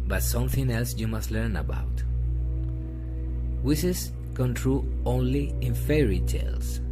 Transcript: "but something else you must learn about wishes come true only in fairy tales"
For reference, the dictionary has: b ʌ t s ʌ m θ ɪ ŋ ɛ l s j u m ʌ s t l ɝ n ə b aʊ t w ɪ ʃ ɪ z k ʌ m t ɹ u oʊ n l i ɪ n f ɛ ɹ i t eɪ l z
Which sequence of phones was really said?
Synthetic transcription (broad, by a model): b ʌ t s ʌ m θ ɪ ŋ ɛ l s j u m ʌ s t l ɝ n ə b aʊ t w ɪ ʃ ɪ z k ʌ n t ɹ u oʊ n l i ɪ n f ɛ ɹ i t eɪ l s